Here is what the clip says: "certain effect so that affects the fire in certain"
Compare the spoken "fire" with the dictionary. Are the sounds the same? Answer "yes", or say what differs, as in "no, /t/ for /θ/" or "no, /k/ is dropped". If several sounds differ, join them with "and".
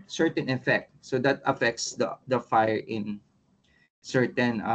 yes